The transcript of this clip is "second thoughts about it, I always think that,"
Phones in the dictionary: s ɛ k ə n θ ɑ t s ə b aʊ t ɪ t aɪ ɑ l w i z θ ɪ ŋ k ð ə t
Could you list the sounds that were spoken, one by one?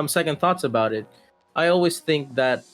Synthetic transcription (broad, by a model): s ɛ k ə n θ ɑ t s ə b aʊ t ɪ t aɪ ɑ l w i z θ ɪ ŋ k ð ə t